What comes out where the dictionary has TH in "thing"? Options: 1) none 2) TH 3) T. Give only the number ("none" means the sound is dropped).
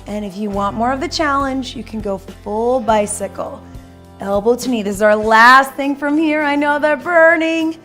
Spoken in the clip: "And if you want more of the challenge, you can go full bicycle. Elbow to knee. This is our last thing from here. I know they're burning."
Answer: 2